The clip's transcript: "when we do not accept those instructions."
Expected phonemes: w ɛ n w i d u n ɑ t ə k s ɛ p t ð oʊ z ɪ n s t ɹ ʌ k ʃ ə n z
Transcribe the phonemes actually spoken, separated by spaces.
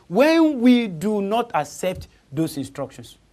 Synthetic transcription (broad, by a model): w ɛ n w i d u n ɑ t ə k s ɛ p t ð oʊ s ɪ n s t ɹ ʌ k ʃ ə n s